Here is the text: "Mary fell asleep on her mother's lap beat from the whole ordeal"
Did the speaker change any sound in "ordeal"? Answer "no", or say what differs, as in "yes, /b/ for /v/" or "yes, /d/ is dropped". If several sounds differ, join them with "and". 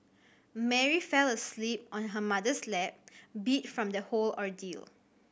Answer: no